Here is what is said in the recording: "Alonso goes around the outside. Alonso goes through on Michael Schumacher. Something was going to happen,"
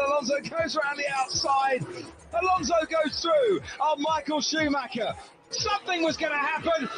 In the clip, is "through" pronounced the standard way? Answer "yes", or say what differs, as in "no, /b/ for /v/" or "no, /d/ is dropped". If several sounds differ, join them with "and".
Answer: yes